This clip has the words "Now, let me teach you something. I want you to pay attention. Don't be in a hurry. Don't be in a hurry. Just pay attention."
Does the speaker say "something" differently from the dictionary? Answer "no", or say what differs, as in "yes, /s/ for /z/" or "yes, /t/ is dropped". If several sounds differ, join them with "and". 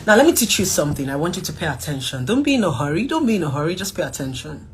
no